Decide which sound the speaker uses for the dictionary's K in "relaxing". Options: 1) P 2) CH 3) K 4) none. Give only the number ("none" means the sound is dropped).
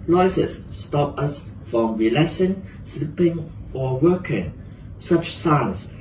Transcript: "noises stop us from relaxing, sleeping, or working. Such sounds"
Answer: 4